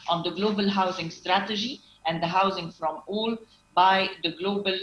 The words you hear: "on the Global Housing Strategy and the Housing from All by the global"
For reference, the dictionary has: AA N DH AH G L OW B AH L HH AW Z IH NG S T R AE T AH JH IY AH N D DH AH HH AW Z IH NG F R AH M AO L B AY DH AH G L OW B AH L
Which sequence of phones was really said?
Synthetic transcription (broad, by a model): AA N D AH G L OW B AH L HH AW Z IH NG S T R AE T AH JH IY AH N D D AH HH AW Z IH NG F R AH M AO L B AY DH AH G L OW B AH L